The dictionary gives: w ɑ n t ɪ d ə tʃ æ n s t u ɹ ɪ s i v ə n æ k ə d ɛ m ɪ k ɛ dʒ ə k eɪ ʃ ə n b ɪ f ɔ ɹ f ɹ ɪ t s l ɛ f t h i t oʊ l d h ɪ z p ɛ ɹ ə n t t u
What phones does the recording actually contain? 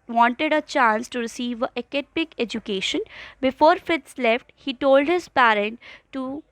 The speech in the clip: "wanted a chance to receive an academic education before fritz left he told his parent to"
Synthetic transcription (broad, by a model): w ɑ n t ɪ d ə tʃ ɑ n s t u ɹ ɪ s i v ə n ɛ k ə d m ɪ k ɛ dʒ ə k eɪ ʃ ə n b ɪ f ɔ ɹ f ɪ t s l ɛ f t h i t oʊ l d h ɪ z p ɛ ɹ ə n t t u